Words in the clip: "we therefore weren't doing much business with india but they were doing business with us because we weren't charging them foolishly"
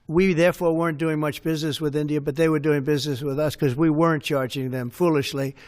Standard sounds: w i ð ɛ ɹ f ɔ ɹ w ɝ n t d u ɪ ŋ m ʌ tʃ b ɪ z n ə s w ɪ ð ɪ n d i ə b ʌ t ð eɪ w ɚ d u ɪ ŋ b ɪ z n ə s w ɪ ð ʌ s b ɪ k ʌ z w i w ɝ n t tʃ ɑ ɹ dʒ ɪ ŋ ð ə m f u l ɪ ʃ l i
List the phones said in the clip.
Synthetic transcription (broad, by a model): w i ð ɛ ɹ f ɔ ɹ w ɝ n d u ɪ ŋ m ʌ tʃ b ɪ z n ə s w ɪ ð ɪ n d i ə b ʌ t ð eɪ w ɚ d u ɪ ŋ b ɪ z n ə s w ɪ ð ʌ s k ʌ z w i w ɝ n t tʃ ɑ ɹ dʒ ɪ ŋ ð ə m f u l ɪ ʃ l i